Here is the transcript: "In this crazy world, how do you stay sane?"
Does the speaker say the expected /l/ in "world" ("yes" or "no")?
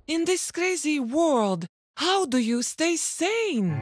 yes